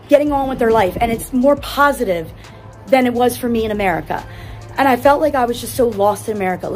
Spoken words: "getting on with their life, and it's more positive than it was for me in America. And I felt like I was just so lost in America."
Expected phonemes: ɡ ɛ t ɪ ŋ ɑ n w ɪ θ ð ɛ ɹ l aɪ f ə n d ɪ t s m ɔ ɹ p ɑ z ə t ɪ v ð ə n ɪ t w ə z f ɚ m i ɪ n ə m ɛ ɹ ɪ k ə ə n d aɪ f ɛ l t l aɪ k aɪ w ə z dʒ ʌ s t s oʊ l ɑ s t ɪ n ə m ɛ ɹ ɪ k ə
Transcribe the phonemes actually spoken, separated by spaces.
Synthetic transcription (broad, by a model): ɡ ɛ t ɪ ŋ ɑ n w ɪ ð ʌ ɹ l aɪ f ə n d ɪ t s m ɔ ɹ p ɑ z ə t ɪ v ð ə n ɪ t w ə z f ɚ m i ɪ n ə m ɛ ɹ ɪ k ə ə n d aɪ f ɛ l t l aɪ k aɪ w ə z dʒ ʌ s t s oʊ l ɑ s t ɪ n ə m ɛ ɹ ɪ k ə